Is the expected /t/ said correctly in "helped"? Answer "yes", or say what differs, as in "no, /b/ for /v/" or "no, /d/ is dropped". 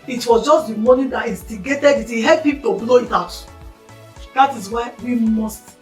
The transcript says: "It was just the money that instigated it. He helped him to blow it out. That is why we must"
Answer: no, /t/ is dropped